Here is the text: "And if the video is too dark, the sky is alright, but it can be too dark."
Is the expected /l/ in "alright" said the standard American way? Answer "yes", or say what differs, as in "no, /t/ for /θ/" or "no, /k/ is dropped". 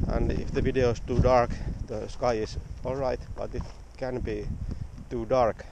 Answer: yes